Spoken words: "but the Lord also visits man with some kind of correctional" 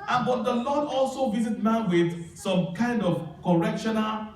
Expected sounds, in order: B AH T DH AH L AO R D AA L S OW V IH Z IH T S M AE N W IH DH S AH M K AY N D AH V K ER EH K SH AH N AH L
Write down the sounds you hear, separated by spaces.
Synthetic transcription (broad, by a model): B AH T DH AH L AO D AA L S OW V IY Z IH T M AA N W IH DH S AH M K AY N D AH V K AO EH K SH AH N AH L